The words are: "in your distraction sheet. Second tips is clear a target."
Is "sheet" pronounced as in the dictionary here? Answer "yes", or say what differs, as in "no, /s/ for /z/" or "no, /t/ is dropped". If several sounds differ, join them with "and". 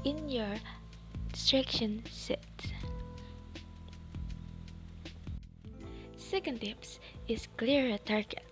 no, /s/ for /ʃ/